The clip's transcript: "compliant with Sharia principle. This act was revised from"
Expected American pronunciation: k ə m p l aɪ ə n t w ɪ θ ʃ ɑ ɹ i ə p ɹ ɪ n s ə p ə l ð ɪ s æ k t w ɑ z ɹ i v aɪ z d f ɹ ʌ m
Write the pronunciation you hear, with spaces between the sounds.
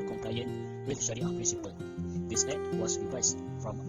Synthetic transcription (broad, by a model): k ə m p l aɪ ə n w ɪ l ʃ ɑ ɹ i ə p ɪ s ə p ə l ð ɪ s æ t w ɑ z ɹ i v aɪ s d f ɹ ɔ m